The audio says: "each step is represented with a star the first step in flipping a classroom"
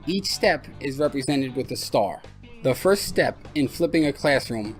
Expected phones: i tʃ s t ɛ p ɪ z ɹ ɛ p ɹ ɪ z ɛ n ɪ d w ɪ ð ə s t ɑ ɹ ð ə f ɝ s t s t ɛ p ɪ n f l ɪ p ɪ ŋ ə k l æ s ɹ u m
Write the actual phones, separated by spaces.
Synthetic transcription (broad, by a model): i tʃ s t ɛ p ɪ z ɹ ɛ p ɹ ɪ z ɛ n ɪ d w ɪ ð ə s t ɑ ɹ ð ə f ɝ s t s t ɛ p ɪ n f l ɪ p ɪ ŋ ə k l æ s ɹ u m